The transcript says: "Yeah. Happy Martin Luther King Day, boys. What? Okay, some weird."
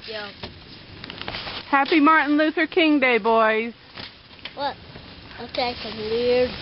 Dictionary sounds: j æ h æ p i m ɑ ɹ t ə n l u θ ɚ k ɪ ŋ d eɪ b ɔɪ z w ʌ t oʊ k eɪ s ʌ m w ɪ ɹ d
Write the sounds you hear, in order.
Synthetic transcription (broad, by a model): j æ h æ p i m ɑ ɹ t n l u θ ɚ k ɪ ŋ d eɪ b ɔɪ z w ʌ t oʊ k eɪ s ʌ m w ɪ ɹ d